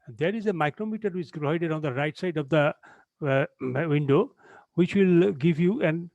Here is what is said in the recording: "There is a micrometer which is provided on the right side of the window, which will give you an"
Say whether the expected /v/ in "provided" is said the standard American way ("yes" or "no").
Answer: no